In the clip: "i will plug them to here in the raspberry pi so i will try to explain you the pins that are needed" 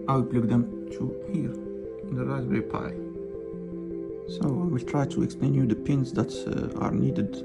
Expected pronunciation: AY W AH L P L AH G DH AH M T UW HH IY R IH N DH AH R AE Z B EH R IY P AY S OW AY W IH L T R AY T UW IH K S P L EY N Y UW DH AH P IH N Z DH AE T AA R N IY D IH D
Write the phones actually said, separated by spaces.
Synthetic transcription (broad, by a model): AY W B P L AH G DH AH M T UW HH IY R IH N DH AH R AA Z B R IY P AY S OW AY W IH L T R AY T UW IH K S P L EY N Y UW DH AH P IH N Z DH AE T AA R N IY D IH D